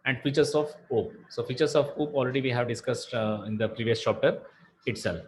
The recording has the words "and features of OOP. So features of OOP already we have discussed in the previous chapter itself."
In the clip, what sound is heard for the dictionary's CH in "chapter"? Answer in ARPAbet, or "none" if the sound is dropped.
SH